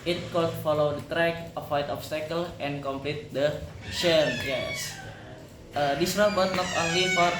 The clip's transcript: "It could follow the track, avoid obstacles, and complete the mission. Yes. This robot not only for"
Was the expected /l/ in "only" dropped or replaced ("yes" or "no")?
no